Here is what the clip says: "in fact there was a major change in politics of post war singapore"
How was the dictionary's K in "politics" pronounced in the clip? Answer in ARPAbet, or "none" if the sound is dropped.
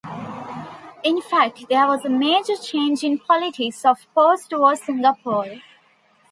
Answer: none